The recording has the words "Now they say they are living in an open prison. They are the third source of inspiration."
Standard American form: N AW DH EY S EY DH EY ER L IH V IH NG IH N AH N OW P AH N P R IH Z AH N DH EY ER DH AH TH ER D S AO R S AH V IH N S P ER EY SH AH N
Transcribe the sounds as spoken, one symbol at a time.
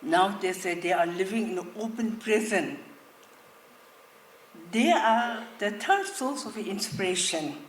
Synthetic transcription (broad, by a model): N AW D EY S EY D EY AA L IH V IH NG IH N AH OW P AH N P R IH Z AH N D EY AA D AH T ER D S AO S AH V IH N S P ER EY SH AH N